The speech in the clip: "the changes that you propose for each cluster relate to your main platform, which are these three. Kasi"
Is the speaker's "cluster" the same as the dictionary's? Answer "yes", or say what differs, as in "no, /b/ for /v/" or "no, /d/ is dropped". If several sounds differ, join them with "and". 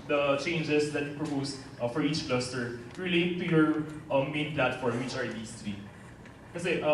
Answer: yes